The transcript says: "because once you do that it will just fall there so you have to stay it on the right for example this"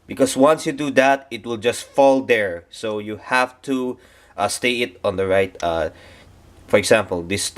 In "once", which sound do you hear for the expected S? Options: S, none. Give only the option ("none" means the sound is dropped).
S